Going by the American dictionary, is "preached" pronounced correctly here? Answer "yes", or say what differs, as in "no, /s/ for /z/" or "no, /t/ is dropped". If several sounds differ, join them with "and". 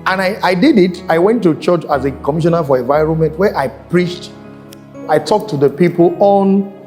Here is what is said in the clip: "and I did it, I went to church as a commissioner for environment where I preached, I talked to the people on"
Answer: yes